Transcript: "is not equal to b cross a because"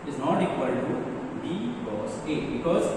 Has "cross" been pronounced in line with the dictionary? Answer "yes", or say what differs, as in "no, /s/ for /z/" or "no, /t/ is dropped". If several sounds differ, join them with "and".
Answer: no, /ɹ/ is dropped